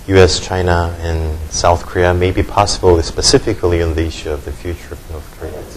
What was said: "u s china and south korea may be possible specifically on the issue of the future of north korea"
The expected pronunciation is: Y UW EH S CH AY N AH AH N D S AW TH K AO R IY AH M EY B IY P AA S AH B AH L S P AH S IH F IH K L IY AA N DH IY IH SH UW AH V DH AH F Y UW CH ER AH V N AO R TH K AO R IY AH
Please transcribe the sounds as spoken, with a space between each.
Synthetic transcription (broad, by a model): Y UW EH S CH AY N AH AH N S AW TH K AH R IY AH M EY B IY P AA S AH B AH L S P AH S IH F IH K L IY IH N DH IY IH SH UW AH V DH AH F Y UW CH ER AH V N AO R TH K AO R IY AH